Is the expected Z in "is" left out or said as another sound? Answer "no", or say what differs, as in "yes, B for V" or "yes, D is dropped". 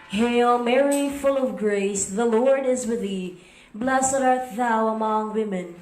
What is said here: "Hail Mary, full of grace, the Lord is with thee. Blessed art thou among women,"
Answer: no